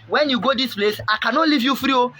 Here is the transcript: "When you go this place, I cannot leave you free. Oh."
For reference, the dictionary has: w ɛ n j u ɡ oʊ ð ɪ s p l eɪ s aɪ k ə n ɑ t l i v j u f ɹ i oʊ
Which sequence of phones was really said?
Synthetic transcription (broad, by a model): w ɛ n j u ɡ oʊ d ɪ s p l eɪ s aɪ k ə n ɑ t l i v j u f ɹ i oʊ